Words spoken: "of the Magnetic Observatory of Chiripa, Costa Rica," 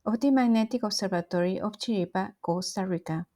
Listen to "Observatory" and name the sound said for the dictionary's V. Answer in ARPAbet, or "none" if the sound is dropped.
B